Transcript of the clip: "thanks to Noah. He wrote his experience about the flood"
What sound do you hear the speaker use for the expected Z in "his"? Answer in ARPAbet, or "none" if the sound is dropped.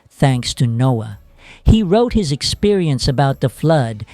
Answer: Z